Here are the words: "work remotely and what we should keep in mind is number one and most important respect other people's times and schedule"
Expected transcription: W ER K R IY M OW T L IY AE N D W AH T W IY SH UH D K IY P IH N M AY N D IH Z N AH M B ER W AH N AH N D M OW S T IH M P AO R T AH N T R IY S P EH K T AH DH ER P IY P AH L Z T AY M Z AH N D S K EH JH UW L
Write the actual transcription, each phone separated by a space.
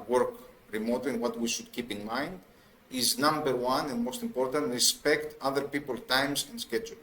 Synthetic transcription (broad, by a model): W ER K R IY M OW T IY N W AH T W IY SH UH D K IY P IH N M AY N D IH Z N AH M B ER W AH N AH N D M OW S T IH M P AO R T AH N T R IY S P EH K T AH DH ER P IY P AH L T AY M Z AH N S K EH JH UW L